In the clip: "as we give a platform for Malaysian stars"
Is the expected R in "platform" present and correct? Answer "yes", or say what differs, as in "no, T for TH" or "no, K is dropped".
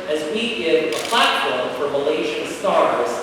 no, L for R